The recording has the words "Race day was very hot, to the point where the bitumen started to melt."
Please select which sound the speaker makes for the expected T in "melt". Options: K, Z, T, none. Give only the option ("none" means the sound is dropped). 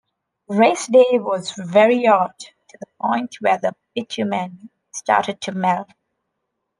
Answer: none